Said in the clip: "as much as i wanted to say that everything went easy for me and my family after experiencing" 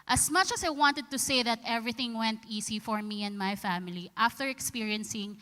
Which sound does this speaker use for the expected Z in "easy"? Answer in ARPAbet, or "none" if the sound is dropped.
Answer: S